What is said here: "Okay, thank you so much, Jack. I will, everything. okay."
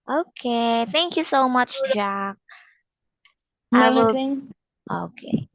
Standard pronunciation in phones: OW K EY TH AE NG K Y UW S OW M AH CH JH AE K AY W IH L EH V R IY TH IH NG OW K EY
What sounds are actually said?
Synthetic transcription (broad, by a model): OW K EY TH AE NG K Y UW S OW M AH CH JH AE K AY W IH L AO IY K EY